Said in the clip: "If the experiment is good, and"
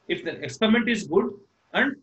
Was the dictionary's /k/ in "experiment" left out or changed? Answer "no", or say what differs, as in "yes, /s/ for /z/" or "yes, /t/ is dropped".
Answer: no